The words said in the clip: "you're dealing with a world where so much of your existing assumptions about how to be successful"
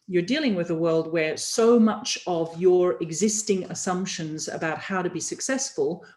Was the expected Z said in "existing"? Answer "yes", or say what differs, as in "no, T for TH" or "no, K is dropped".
yes